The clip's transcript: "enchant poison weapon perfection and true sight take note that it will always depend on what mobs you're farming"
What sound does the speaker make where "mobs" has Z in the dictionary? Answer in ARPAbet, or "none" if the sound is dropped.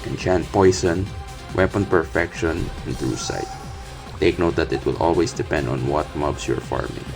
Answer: S